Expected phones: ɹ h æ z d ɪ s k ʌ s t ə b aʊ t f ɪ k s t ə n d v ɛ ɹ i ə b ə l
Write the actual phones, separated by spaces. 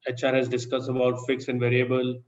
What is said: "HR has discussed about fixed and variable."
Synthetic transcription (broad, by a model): ɹ h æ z d ɪ s k ʌ s t ə b aʊ t f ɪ k s ə n d v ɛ ɹ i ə b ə l